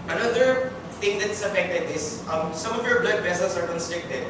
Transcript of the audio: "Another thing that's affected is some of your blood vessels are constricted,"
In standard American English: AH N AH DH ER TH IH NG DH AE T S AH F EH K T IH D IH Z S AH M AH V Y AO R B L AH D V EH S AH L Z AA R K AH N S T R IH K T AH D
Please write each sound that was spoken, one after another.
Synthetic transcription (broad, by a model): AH N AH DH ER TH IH NG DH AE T S AH F EH K T IH D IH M S AH M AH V Y AO R B L AH D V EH S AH L S AA R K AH N S T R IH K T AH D